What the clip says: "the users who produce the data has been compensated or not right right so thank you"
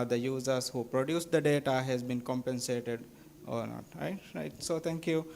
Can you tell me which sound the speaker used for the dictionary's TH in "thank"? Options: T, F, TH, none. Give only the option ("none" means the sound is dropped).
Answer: T